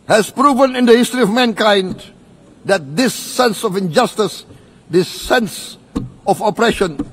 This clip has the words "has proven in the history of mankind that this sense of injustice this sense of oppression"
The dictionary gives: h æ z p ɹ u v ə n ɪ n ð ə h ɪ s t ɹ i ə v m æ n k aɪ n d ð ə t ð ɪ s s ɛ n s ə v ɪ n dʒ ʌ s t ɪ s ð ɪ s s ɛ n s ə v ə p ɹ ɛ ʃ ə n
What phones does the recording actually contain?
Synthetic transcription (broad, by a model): h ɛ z p ɹ u v ə n ɪ n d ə h ɪ s t ɹ i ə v m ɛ n k aɪ n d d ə t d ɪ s s ɛ n s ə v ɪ n dʒ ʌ s t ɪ s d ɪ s s ɛ n s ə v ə p ɹ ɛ ʃ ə n